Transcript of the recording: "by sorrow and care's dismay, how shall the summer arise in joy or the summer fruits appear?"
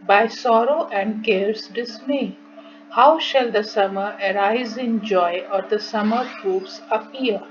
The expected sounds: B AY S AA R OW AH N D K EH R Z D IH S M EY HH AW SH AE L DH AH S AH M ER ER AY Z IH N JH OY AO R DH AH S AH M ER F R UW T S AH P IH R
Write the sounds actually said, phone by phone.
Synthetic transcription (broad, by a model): B AY S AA R OW AH N D K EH R S D IH S M EY HH AW SH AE L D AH S AH M ER ER AY Z IH N JH OY AO R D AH S AH M ER P R UW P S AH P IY R